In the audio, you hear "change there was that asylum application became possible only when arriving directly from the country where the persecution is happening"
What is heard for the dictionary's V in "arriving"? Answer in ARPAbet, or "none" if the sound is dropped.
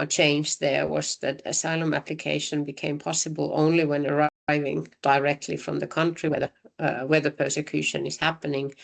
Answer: V